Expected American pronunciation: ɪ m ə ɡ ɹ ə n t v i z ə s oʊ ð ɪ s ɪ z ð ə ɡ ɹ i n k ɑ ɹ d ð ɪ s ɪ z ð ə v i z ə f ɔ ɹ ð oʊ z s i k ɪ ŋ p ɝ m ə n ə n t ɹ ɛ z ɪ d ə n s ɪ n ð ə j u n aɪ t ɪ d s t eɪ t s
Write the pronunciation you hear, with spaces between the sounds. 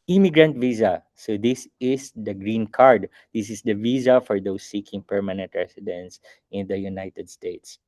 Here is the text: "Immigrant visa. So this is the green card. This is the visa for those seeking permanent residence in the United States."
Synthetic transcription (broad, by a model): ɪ m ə ɡ ɹ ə n t v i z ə s oʊ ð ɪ s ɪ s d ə ɡ ɹ i n k ɑ ɹ d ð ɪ s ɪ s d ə v i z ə f ɔ ɹ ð oʊ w s i k ɪ ŋ p ɝ m ə n ə n t ɹ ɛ s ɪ d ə n s ɪ n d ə j u n aɪ t ɪ d s t eɪ t s